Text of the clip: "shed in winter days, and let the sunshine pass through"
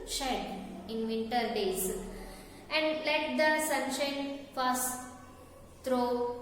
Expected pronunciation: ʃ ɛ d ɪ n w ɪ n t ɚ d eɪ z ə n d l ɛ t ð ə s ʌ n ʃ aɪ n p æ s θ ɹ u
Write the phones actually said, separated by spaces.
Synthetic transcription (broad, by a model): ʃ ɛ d ɪ n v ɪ n t ɚ d eɪ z ə n d l ɛ t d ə s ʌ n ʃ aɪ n f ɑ s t ɹ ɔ